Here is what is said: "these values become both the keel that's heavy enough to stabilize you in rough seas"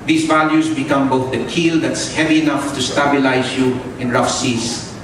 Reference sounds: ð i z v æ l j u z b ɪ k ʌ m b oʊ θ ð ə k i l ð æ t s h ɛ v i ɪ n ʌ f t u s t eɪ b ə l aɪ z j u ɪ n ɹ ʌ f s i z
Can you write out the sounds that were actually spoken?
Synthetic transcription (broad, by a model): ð i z v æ l j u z b ɪ k ʌ m b oʊ θ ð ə k i l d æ t s h ɛ v i ɪ n ʌ f t u s t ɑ b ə l aɪ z j u ɪ n ɹ ʌ f s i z